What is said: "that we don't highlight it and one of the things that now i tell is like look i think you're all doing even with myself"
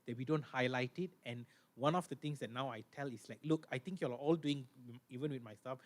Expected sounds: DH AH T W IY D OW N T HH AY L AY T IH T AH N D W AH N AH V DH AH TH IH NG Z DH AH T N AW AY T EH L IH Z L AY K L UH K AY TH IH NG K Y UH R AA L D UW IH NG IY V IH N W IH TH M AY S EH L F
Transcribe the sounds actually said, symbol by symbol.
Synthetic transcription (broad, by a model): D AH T W IY D OW N T HH AY L AY T IH T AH N W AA N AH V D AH T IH NG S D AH T N AW AY T EH L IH S L AY K L UH K AY T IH NG K Y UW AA AA L D UW IH NG IY V IH N W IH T M AY S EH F